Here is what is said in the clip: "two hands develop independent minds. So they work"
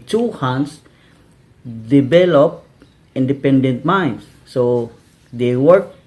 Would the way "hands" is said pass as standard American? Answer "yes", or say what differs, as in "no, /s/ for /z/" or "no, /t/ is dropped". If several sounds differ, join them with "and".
no, /s/ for /z/